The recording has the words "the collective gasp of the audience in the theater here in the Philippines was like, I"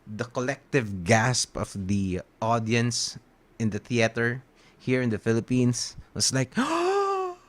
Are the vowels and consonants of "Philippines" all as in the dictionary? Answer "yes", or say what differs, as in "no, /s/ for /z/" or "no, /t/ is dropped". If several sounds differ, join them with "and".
no, /s/ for /z/